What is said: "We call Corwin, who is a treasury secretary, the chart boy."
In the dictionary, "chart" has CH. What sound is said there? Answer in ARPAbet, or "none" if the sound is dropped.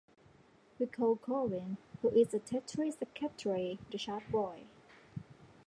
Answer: SH